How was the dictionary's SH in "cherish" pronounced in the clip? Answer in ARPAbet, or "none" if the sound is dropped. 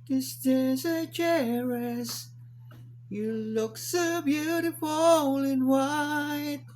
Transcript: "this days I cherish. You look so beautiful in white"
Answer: S